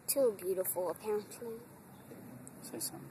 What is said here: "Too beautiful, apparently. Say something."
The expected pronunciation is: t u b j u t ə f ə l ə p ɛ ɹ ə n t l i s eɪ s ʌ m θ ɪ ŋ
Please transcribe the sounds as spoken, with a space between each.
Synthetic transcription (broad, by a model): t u b j u t ə f ə l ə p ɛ ə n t i s eɪ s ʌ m